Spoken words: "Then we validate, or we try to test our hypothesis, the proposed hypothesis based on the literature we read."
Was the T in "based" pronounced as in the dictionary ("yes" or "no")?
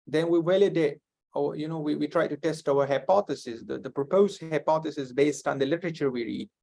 yes